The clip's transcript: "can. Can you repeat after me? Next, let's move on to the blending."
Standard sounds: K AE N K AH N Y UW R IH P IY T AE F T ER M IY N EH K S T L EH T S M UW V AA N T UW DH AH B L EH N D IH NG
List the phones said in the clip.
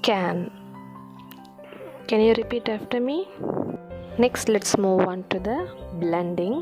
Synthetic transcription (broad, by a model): K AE N K AH N Y UW R IH P IY T AE F T ER M IY N EH K S T L EH T S M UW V AA N T UW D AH B L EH N D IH NG